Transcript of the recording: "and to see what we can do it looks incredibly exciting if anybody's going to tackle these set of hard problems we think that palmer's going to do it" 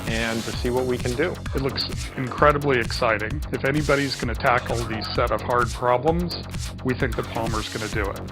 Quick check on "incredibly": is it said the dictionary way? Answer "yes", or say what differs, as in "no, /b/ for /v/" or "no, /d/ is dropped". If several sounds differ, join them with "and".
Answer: yes